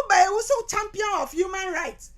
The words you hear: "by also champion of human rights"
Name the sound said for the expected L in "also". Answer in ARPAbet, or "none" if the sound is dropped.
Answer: none